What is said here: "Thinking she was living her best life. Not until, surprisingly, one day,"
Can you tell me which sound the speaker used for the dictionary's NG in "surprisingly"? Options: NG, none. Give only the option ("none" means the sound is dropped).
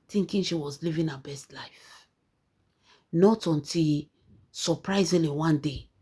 none